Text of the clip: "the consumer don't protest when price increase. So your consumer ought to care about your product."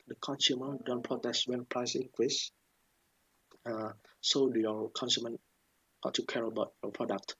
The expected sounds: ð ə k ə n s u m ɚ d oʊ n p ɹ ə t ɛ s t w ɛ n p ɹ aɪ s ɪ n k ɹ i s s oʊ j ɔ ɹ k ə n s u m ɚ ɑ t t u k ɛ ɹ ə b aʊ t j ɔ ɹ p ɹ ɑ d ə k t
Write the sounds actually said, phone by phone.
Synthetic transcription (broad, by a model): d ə k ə n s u m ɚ d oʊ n p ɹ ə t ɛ s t w ɛ n p ɹ aɪ s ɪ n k w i s s oʊ j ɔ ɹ k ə n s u m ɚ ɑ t t u k ɛ ɹ ə b aʊ t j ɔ p ɹ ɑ d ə k t